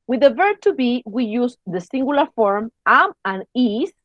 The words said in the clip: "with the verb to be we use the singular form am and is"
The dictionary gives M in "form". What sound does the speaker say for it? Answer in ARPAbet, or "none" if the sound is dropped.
M